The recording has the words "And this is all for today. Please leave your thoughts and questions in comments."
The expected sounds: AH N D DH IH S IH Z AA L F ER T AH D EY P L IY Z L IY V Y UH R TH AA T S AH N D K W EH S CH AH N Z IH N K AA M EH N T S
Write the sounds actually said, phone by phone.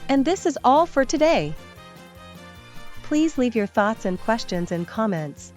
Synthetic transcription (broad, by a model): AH N DH IH S IH Z AA L F ER T AH D EY P L IY Z L IY V Y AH R TH AA T S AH N K W EH S CH AH N Z IH N K AA M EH N T S